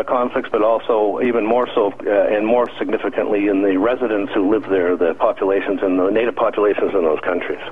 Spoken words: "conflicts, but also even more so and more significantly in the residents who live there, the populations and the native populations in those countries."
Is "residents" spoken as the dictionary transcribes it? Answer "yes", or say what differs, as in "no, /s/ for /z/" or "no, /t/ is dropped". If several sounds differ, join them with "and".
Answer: yes